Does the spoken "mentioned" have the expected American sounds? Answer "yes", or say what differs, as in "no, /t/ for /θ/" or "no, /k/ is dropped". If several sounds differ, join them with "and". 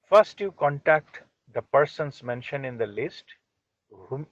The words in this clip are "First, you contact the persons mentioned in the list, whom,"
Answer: no, /d/ is dropped